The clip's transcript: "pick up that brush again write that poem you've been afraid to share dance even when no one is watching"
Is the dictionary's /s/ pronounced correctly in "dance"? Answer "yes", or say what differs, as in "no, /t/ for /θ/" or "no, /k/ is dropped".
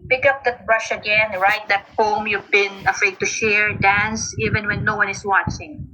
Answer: yes